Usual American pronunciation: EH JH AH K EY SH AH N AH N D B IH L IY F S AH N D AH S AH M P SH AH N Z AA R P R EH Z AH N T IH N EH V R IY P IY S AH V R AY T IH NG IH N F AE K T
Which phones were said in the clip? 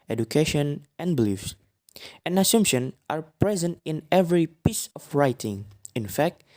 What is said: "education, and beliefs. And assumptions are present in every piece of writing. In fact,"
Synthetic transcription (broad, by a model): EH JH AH K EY SH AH N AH N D B IH L IY F S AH N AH S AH M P SH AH N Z AA R P R EH Z AH N T IH N EH V R IY P IY S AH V R AY T IH NG IH N F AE K T